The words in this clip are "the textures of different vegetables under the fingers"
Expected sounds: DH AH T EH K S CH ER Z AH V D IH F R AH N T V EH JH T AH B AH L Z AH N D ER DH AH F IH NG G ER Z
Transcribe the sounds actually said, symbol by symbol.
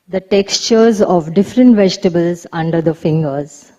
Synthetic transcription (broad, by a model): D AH T EH K S CH ER Z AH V D IH F R AH N T V EH JH T AH B AH L Z AH N D ER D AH F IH NG G ER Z